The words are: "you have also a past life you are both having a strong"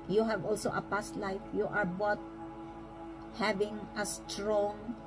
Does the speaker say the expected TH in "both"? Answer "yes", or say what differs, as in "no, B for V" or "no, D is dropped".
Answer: no, T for TH